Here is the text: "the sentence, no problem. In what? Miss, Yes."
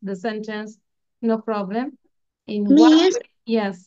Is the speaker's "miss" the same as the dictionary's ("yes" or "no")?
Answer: no